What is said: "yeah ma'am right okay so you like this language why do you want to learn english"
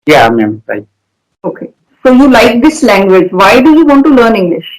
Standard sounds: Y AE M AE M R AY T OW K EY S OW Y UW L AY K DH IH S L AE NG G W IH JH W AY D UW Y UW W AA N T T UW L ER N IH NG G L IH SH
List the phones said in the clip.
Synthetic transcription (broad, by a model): Y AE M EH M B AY OW K EY S OW Y UW L AY K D IH S L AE NG G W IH JH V AY D UW Y UW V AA N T T UW L ER N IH NG G L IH SH